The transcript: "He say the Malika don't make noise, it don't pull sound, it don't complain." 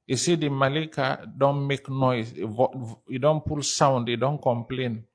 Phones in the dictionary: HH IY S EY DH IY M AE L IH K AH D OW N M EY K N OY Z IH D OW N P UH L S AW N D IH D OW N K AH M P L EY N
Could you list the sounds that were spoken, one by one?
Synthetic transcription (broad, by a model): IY S EY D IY M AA L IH K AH D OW N M EY K N OY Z IH D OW N P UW L S AW N D IH D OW N K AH M P L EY N